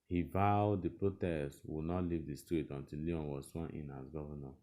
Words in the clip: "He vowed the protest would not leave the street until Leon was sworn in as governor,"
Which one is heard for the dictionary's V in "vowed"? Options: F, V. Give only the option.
V